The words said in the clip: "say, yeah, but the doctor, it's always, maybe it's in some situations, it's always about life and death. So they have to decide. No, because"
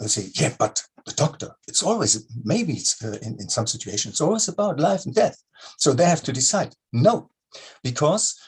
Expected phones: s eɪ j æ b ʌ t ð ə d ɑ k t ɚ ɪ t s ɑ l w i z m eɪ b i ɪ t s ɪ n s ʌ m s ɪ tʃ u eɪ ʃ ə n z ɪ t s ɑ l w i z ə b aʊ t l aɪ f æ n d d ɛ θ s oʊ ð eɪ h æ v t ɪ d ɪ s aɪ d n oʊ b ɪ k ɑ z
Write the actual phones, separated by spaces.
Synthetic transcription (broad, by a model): s eɪ j æ b ʌ t ð ə d ɑ k t ɚ ɪ t s ɑ l w i z m eɪ b i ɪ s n ɪ n s ʌ m s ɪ tʃ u eɪ ʃ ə n ɪ t s ɑ l w i z ə b aʊ t l aɪ f n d d ɛ θ s oʊ ð eɪ h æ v t ɪ d ɪ s aɪ d n oʊ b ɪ k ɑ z